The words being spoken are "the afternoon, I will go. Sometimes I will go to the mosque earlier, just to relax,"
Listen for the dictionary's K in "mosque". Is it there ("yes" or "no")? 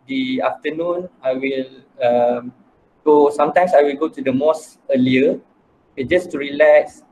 no